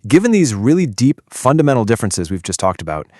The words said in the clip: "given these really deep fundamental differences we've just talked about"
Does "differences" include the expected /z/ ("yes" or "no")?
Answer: yes